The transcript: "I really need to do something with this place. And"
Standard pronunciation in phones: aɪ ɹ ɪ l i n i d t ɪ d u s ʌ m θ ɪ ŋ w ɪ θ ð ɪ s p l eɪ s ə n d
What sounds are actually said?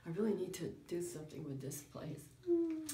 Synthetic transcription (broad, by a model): aɪ ɹ ɪ l i n i d t ɪ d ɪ s ʌ m θ ɪ ŋ w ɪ ð ɪ s p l eɪ ə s